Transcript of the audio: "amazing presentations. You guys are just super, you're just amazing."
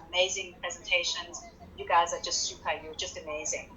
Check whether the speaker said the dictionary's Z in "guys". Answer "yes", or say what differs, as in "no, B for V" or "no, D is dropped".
yes